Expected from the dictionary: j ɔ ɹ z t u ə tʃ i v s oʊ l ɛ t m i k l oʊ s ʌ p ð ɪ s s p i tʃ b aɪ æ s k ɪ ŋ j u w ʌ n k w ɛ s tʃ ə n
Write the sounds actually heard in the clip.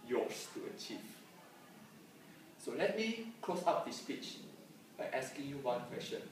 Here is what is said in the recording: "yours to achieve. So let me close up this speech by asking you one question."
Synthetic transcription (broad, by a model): j ɔ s t u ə tʃ i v s oʊ l ɛ t m i k l oʊ s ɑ p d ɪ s s p i tʃ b aɪ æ s k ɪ ŋ j u w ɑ n k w ɛ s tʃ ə n